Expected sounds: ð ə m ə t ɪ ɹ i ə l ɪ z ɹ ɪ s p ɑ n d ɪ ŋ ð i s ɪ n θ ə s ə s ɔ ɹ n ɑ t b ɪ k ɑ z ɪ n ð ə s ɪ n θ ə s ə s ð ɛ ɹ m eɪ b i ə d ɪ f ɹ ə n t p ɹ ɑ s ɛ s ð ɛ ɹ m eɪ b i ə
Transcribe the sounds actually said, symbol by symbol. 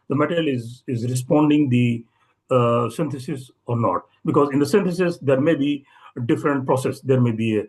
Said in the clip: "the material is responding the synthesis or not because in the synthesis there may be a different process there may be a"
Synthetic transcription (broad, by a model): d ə m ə t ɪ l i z ɪ z ɹ ɪ s p ɑ n d ɪ ŋ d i s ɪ n t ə s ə s ɔ ɹ n ɑ t b ɪ k ɑ z ɪ n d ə s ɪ n t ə s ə s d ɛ ɹ m eɪ b i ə d ɪ f ɹ ə n t p ɹ ɑ s ɛ s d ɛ ɹ m eɪ b i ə